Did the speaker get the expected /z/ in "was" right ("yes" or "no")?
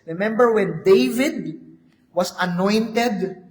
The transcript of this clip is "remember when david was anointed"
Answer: no